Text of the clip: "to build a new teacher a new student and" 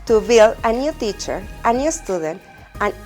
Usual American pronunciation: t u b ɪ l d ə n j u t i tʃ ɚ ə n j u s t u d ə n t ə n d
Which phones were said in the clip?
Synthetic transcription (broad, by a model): t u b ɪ l ə n j u t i tʃ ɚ ə n j u s t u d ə n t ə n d